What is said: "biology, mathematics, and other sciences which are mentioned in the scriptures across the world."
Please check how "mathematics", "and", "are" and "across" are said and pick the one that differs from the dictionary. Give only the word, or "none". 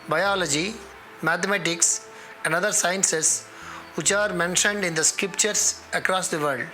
mathematics